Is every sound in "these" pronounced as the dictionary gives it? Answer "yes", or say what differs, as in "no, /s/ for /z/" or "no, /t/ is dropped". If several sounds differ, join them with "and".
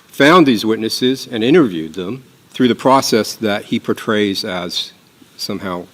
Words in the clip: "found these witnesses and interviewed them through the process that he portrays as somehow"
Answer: yes